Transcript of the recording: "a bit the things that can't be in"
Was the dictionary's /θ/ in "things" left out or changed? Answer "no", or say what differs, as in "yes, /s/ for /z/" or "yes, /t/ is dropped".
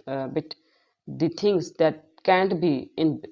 yes, /t/ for /θ/